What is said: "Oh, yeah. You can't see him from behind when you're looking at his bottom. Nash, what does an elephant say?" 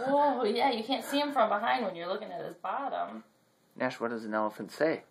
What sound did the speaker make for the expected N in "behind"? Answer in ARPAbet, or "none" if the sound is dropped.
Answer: N